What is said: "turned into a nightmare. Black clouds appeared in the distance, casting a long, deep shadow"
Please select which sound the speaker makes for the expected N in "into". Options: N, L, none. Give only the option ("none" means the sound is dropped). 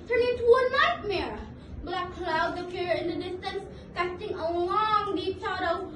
none